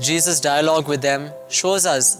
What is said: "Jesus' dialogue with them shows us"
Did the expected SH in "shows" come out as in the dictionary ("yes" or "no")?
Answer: yes